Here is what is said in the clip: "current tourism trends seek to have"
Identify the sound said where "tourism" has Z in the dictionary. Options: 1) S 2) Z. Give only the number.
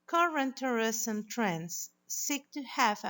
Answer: 1